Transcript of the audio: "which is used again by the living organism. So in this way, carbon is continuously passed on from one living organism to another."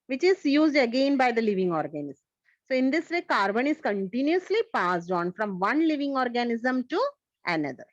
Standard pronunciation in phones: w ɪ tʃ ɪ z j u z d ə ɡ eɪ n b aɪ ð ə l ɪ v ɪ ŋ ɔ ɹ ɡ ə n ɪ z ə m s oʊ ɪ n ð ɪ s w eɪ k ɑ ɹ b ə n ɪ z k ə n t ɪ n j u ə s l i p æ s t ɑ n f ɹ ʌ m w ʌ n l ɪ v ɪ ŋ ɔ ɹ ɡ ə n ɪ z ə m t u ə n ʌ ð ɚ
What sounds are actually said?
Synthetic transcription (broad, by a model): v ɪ tʃ ɪ z j u z d ə ɡ eɪ n b aɪ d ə l ɪ v ɪ ŋ ɔ ɹ ɡ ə n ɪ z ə m s oʊ ɪ n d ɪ s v eɪ k ɑ ɹ b ə n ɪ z k ə n t ɪ n j u ə s l i p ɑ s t ɑ n f ɹ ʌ m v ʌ n l ɪ v ɪ ŋ ɔ ɹ ɡ ə n ɪ z ə m t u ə n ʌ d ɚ